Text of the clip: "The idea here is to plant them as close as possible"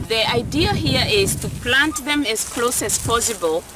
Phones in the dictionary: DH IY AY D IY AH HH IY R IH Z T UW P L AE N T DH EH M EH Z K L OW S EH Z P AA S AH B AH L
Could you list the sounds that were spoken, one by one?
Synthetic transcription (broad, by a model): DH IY AY D IY AH HH IY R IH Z T UW P L AE N T DH EH M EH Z K L OW S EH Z P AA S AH B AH L